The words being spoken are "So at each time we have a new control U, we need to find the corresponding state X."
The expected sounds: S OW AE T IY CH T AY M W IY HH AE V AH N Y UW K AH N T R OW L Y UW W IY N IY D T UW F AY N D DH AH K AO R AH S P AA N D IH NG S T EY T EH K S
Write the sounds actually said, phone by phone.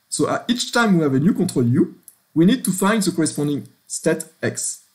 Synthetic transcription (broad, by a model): S OW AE T IY CH T AY M W IY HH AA V AH N Y UW K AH T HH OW L Y UW W IY N IY D T UW F AY N D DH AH K AO R AH S P AA N D IH NG S T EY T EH K S